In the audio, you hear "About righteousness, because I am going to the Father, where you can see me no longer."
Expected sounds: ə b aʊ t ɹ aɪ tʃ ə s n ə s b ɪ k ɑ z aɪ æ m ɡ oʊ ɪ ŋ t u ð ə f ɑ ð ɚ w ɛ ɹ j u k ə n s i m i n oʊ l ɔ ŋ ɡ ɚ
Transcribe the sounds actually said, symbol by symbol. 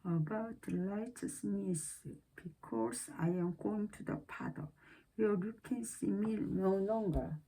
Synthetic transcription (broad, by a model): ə b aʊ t l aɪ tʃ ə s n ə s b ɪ k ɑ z aɪ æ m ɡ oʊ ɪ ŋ t u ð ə p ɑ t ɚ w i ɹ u k ə n s i m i n oʊ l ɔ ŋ ɡ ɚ